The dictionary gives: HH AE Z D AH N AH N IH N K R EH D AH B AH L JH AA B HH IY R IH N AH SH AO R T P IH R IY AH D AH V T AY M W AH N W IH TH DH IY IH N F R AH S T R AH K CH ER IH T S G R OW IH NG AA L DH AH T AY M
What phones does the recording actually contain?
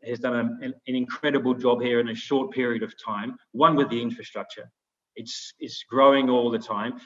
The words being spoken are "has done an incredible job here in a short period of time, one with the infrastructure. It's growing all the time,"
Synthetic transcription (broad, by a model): HH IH Z D AH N AH N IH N K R EH D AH B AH L JH AA B HH IY R IH N AH SH AO R T P IH R IY AH D AH V T AY M W AH N W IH DH IY IH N F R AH S T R AH K CH ER IH T S G R OW IH NG AA L DH AH T AY M